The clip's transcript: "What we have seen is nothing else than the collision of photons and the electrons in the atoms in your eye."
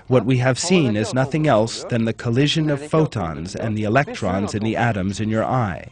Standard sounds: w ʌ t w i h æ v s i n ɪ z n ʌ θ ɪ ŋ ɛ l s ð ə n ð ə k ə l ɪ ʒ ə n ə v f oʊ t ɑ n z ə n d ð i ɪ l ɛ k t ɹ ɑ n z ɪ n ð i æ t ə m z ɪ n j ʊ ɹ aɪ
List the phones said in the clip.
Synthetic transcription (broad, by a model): w ʌ t w i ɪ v s i n ɪ z n ʌ θ ɪ ŋ ɛ l s ð ə n ð ə k ə l ɪ ʒ ə n ə v f oʊ t ɑ n z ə n ð i ɪ l ɛ k t ɹ ɑ n z ɪ n ð i æ t ə m z ɪ n j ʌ ɹ aɪ